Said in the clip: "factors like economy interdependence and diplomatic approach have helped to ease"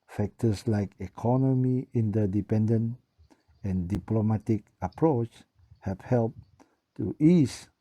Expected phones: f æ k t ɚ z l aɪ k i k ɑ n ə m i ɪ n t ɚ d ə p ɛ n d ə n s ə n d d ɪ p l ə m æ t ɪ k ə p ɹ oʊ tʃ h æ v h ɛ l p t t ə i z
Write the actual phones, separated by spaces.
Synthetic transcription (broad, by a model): f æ k t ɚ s l aɪ k i k ɑ n ə m i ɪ n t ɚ d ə p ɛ n d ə n ə n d d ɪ p l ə m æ t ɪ k ə p ɹ oʊ tʃ h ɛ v h ɛ l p t t i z